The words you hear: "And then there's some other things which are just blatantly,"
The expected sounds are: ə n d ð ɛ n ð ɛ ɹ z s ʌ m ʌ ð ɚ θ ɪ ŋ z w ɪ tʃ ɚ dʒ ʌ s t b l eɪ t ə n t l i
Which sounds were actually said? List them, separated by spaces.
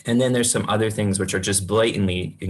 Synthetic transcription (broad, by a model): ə n ð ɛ n ð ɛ ɹ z s ʌ m ʌ ð ɚ θ ɪ ŋ z w ɪ tʃ ɚ dʒ ʌ s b l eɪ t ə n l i